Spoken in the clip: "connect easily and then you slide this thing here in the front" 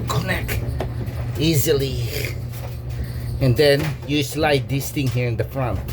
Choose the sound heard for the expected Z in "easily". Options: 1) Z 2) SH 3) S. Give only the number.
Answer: 1